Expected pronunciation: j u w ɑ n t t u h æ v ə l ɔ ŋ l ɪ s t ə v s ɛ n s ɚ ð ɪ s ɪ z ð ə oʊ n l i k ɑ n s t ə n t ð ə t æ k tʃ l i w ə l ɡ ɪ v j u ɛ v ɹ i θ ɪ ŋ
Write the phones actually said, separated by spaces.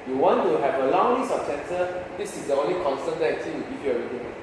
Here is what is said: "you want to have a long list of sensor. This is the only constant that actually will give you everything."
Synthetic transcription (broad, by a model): j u w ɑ n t t u h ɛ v ə l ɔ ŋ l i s ə p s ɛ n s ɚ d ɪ s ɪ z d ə oʊ n l i k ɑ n s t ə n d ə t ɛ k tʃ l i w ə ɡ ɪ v j u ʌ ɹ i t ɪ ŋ